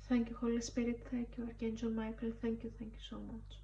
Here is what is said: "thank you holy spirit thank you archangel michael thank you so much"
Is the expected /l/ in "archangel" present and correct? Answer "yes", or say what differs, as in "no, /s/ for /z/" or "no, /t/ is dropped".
no, /n/ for /l/